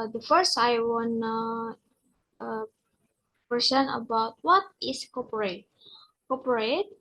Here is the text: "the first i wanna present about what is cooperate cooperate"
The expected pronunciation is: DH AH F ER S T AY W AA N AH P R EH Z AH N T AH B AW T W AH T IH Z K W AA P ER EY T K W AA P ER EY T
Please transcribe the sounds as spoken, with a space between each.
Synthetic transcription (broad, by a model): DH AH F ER S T AY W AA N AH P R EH S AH N AH B AW T W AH T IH S K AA P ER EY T K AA P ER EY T